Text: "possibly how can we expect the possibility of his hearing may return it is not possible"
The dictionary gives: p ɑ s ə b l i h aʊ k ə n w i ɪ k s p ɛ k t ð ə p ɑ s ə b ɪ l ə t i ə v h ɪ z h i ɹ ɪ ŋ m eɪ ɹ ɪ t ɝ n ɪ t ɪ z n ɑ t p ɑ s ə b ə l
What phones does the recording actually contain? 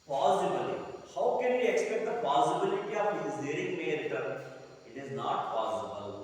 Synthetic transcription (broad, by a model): p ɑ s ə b l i h aʊ k ə n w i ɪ k s p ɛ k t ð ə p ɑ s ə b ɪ l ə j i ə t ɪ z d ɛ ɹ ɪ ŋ m eɪ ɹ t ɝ ɪ t ɪ z n ɑ t p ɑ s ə b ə l